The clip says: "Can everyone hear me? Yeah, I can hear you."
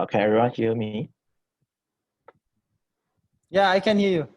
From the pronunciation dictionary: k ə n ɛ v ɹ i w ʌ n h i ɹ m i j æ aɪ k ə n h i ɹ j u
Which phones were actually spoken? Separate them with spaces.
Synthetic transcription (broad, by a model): k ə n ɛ ɹ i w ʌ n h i m i j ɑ aɪ k ə n h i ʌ j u